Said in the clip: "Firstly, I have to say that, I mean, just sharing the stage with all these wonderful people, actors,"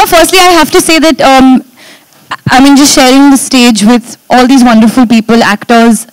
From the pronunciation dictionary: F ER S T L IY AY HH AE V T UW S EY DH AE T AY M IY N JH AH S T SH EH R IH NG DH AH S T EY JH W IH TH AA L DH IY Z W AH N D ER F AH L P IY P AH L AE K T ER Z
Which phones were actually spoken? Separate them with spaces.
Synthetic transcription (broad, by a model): F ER S T L IY AY HH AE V T UW S EY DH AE T AY M IY N JH AH S T SH EH R IH NG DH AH S T EY JH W IH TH AA L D IY Z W AH N D ER F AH L P IY P AH L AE K T ER Z